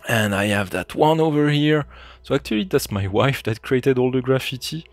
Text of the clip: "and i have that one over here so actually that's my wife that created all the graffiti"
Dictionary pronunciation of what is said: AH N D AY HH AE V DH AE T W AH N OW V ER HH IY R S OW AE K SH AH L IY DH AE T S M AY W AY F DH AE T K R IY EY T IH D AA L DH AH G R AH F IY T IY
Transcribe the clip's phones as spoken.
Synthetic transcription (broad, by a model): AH N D AY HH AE V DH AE T W AH N OW V ER HH IY R S OW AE K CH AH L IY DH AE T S M AY W AY F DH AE T K R IY EY T IH D AA L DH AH G R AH F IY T IY